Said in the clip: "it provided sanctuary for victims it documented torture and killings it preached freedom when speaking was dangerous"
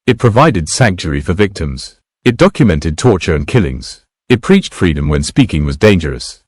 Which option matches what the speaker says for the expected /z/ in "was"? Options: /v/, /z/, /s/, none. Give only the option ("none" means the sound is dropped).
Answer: /z/